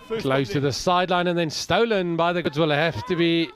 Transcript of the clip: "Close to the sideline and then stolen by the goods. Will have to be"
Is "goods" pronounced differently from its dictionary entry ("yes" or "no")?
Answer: no